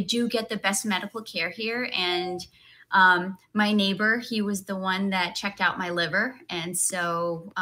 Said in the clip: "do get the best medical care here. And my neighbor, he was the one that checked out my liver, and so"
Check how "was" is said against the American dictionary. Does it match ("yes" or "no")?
yes